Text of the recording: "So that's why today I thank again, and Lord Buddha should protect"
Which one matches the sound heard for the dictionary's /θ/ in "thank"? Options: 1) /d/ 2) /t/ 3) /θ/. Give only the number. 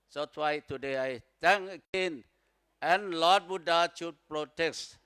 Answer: 2